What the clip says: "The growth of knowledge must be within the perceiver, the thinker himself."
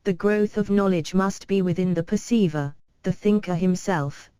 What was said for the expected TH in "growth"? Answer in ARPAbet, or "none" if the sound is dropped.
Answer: TH